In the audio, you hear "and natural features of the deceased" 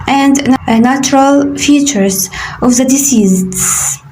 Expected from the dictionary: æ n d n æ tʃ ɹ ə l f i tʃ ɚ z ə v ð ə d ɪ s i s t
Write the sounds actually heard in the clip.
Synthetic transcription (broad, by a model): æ n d n æ tʃ ɹ ə l f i tʃ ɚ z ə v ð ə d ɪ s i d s